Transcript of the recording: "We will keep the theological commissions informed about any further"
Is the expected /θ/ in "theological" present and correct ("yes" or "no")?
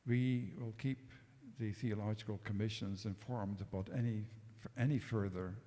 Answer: yes